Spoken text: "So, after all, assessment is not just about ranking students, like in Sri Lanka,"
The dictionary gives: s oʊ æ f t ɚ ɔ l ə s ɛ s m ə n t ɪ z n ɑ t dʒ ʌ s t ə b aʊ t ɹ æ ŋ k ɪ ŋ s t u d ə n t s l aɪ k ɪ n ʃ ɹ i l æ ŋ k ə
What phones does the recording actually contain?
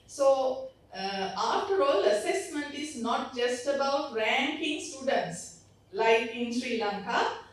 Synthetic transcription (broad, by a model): s oʊ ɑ t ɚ ɔ l ə s ɛ s m ə n t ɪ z n ɑ t dʒ ʌ s t ə b aʊ t ɹ æ ŋ k ɪ ŋ s t u d ə n t s l aɪ k ɪ n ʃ ɹ i l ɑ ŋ k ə